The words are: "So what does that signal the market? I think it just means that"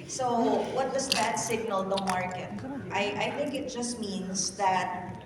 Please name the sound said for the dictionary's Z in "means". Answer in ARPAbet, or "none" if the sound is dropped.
S